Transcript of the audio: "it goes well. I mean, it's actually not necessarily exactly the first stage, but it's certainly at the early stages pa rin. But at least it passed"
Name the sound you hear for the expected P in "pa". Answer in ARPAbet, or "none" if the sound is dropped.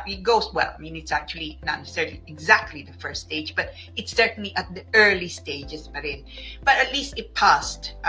B